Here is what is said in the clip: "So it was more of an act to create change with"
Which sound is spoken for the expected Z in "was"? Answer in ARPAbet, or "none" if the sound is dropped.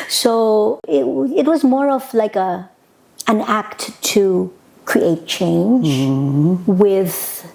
Z